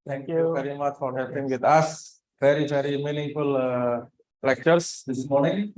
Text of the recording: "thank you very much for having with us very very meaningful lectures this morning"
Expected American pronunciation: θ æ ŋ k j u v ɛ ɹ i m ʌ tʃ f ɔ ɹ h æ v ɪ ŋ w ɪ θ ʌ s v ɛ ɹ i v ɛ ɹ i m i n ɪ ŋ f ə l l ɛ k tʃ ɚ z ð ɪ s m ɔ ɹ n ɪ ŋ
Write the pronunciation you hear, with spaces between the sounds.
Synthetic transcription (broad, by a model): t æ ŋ k j u v ɛ ɹ i m ʌ tʃ f ɔ ɹ h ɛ p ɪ ŋ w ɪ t ʌ s v ɛ ɹ i v ɛ ɹ i m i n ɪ ŋ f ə l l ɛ k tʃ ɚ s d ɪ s m ɔ ɹ n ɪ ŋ